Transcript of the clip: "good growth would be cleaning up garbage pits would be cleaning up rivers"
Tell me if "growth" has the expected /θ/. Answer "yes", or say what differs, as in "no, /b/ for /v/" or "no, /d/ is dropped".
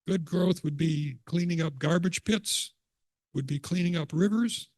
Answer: yes